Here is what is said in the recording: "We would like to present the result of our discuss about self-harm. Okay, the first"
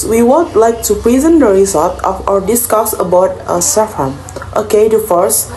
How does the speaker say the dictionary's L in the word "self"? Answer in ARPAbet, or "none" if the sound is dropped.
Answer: none